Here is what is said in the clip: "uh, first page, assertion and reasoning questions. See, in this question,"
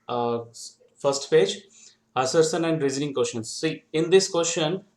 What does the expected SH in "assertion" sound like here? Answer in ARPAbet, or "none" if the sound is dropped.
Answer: S